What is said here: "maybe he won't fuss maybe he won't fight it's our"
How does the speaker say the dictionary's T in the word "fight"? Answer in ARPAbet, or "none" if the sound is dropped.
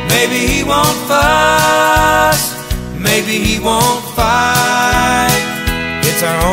none